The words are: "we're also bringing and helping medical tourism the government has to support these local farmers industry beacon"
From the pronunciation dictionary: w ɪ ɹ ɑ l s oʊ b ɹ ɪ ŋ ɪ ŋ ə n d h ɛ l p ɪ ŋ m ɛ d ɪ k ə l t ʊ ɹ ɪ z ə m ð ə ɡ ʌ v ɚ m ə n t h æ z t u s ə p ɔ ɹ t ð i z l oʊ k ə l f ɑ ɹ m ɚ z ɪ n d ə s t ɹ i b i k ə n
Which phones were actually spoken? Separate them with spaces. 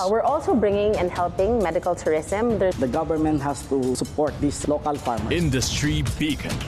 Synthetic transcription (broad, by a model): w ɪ ɹ ɑ l s oʊ b ɹ ɪ ŋ ɪ ŋ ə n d h ɛ l p ɪ ŋ m ɛ d ɪ k ə l t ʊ ɹ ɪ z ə m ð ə ɡ ʌ v ɚ m ə n t h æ s t u s ə p ɔ ɹ t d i s l oʊ k ə l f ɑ ɹ m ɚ ɪ n d ə s t ɹ i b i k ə